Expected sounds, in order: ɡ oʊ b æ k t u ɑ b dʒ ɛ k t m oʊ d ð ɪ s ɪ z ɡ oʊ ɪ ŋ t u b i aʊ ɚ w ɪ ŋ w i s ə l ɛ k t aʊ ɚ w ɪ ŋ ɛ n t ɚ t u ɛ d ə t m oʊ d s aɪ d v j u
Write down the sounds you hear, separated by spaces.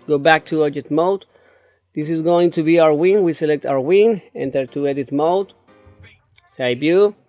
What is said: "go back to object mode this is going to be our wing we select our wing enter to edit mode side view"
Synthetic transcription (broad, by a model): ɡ oʊ b æ k t u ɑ dʒ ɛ t m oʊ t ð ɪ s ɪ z ɡ oʊ ɪ ŋ t u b i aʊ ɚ w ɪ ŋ w i s ə l ɛ k t aʊ ɚ w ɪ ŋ ɛ n t ɚ t u ɛ d ə t m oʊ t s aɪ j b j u